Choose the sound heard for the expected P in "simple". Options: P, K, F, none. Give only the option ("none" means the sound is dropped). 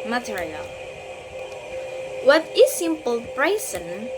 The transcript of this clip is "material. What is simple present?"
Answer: P